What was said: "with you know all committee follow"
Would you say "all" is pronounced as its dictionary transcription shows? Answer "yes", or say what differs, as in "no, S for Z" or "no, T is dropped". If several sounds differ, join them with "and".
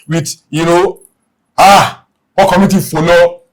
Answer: no, W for L